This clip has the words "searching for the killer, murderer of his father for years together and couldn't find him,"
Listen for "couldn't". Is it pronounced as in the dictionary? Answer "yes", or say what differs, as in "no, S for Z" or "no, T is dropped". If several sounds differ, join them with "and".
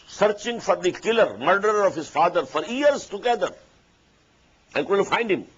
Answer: no, L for N